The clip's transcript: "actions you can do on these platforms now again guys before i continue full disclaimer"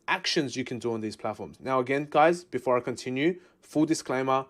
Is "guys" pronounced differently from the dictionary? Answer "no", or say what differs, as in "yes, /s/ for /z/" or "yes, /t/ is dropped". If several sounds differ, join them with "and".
no